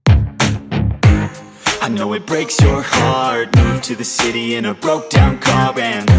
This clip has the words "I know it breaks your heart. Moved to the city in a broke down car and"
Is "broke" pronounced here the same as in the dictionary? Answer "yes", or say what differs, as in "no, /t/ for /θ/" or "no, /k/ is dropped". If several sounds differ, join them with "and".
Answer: yes